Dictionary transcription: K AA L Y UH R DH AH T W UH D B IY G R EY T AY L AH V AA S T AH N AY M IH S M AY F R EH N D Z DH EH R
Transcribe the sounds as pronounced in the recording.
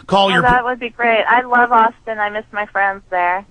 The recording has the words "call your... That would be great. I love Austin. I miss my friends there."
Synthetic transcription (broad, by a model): K AA L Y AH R DH AH T W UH D B IY G R EY T AY L AH V AA S T AH N AY M IH S M AY F R EH N D Z DH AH R